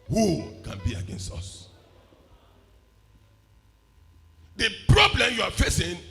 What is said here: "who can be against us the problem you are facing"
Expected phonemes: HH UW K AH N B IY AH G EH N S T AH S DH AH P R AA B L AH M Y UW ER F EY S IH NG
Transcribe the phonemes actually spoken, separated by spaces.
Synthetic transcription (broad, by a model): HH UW K AH N B IY AH G EH N S T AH S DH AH P R AA B L AH M Y UW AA F EY S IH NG